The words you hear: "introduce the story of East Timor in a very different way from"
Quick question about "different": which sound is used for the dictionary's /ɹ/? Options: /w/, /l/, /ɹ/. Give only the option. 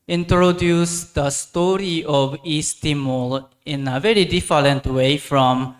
/l/